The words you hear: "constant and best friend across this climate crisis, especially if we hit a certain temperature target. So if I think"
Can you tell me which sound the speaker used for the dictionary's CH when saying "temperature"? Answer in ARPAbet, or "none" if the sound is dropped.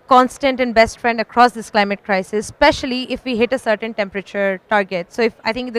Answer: CH